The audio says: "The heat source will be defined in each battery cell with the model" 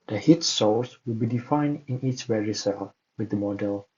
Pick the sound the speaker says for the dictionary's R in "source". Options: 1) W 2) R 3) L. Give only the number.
3